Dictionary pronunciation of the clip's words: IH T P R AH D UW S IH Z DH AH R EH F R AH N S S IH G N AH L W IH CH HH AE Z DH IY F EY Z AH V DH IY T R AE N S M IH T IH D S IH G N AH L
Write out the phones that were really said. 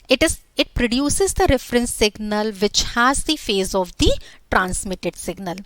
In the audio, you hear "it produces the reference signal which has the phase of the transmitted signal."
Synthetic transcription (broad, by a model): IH T P R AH D UW S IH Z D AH R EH F R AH N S S IH G N AH L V IH CH HH AE Z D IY F EY Z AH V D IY T R AE N S M IH T IH D S IH G N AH L